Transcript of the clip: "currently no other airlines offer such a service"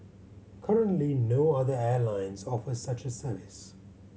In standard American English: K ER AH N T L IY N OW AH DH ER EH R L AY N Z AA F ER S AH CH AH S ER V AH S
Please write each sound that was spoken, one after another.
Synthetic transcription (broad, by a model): K ER AH N T L IY N OW AH DH ER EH L AY N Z AA F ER S AH CH AH S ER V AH S